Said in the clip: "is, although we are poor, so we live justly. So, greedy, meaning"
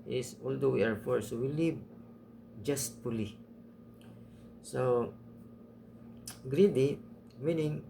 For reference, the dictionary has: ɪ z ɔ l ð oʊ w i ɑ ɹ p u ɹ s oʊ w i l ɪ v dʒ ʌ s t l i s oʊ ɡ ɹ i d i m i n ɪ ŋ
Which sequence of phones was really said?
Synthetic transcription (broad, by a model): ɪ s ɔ l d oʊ w i ɑ ɹ f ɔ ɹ s oʊ w i l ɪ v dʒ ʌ s t l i s oʊ ɡ ɹ i d i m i n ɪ ŋ